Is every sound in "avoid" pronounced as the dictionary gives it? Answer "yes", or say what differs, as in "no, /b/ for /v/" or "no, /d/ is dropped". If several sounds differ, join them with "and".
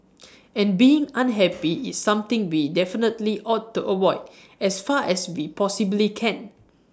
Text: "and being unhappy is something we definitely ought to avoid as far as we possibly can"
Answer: no, /w/ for /v/